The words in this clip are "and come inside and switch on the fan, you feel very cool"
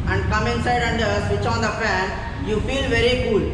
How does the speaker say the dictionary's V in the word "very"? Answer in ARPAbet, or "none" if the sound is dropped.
V